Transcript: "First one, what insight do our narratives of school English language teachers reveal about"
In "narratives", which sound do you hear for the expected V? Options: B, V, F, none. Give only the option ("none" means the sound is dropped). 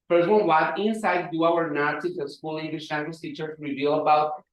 none